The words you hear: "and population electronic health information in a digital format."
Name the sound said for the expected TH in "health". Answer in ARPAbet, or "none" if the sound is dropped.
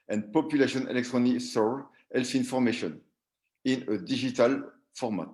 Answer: F